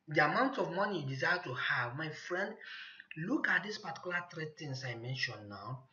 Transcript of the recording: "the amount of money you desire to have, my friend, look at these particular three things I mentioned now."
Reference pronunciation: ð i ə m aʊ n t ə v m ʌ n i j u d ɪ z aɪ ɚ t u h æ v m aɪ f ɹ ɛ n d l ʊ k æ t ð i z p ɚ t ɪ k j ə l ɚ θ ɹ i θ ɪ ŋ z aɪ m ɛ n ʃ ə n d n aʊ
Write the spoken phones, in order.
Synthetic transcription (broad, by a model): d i ə m aʊ n t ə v m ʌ n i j d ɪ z aɪ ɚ t u h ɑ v m aɪ f ɹ ɛ n d l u k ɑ t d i s p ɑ t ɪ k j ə l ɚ t ɹ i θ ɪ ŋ s aɪ m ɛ n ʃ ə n n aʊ